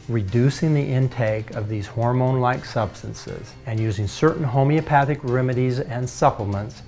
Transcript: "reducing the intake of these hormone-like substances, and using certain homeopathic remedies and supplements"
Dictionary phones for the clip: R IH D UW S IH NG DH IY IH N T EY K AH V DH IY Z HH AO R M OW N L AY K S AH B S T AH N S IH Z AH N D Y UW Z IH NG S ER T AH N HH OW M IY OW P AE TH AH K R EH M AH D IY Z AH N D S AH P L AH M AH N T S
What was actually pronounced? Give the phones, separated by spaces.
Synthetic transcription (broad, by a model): R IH D UW S IH NG DH IY IH N T EY K AH V DH IY Z HH AO R M OW N L AY K S AH B S T AH N S IH Z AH N Y UW Z IH NG S ER T N HH OW M IY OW P AE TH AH K R EH M AH D IY Z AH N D S AH P L M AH N T S